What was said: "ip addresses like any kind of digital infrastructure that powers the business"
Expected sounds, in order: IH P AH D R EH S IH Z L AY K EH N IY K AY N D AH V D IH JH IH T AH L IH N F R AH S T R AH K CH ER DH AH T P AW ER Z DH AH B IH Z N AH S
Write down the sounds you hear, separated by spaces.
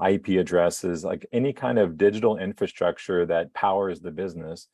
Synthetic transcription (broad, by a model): IH P AH D R EH S IH Z L AY K EH N IY K AY N D AH V D IH JH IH T L IH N F R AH S T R AH K CH ER DH AH T P AW ER Z DH AH B IH Z N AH S